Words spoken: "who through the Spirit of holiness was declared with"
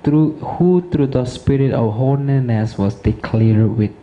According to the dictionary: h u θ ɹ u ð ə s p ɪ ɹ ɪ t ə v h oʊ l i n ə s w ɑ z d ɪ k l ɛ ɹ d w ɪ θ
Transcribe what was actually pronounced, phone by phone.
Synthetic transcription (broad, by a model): h u t ɹ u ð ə s p ɪ ɹ ɪ t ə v h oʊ n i n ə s w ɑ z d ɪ k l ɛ ɹ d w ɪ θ